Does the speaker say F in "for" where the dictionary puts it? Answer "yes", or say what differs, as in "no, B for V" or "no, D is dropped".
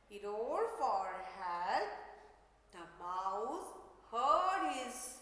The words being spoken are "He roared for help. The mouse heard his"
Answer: yes